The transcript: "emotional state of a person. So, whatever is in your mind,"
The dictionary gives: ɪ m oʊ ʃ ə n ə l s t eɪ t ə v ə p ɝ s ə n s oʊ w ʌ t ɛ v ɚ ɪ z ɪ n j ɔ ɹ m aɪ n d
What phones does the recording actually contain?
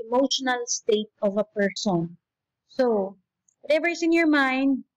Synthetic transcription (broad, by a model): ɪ m oʊ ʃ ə n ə l s t eɪ t ə v ə p ɝ s ə n s oʊ w ʌ t ɛ v ɚ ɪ s ɪ n j ɔ ɹ m aɪ n d